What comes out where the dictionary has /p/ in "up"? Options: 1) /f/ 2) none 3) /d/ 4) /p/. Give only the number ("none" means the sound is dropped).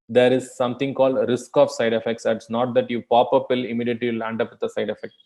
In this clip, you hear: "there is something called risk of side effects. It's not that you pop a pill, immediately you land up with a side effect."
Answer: 4